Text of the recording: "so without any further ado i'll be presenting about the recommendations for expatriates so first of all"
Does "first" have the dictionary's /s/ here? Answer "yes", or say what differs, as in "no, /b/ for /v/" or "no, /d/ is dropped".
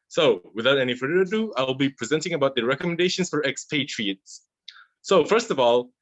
yes